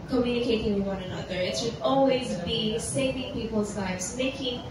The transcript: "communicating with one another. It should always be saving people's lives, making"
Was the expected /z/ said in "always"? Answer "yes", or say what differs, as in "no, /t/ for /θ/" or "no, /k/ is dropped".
yes